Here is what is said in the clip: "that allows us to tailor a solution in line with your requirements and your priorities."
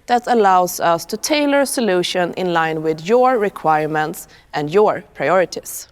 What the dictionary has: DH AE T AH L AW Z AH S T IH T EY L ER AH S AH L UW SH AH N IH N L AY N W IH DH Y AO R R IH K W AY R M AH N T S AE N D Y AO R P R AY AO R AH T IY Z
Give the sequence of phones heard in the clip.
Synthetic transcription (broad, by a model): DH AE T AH L AW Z AH S T IH T EY L ER S AH L UW SH AH N IH N L AY N W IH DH Y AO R R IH K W AY R M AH N T S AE N D Y AO R P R AY AO R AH T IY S